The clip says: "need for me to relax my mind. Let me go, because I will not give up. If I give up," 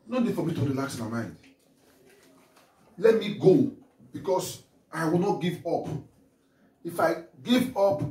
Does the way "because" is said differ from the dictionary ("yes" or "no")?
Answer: yes